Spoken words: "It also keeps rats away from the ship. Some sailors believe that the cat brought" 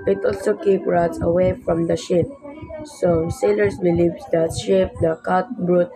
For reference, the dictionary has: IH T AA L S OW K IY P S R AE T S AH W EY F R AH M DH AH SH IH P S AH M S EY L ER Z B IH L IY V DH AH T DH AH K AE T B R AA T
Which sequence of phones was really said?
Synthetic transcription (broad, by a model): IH T AA L S OW K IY P R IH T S AH W EY F R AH M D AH SH IH P S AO S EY L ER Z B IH L IY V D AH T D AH K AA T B R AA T